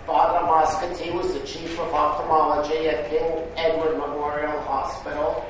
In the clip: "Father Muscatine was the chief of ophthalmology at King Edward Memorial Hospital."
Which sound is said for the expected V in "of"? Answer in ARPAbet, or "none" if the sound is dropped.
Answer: V